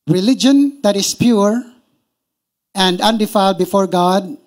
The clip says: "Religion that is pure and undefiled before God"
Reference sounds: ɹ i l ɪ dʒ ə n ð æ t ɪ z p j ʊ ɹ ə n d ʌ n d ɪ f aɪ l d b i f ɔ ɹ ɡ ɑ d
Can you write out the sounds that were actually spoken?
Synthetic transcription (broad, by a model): ɹ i l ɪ dʒ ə n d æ t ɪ s p j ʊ ɹ ə n d ʌ n d ɪ f aɪ l d b i f ɔ ɹ ɡ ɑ d